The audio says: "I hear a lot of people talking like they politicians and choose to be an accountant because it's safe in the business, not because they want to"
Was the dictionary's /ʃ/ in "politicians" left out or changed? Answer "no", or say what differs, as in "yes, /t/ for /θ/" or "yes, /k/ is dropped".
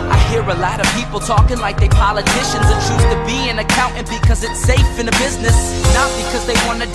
no